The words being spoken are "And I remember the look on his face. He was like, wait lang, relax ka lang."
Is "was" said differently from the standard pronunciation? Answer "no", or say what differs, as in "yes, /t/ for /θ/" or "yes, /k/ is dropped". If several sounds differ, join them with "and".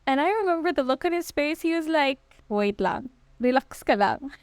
no